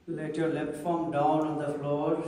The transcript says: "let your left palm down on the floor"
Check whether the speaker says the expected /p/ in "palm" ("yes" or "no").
no